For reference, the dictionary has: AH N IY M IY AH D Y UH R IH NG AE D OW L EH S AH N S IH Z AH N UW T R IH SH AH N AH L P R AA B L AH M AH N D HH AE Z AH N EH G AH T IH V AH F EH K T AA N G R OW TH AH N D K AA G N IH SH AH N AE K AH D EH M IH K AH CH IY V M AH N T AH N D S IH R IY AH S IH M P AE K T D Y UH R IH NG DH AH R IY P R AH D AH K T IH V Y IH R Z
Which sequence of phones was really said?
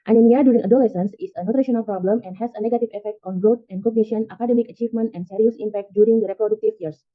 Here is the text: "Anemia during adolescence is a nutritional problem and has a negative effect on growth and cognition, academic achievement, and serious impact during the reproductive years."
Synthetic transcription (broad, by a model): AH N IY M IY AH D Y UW R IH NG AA D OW L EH S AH N S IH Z AH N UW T R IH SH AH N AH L P R AA B L AH M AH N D HH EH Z AH N EH G AH T IH V AH F EH K T AA N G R OW T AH N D K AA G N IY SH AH N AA K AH D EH M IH K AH CH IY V M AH N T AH N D S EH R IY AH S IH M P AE K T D Y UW R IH NG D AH R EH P R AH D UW K T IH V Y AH R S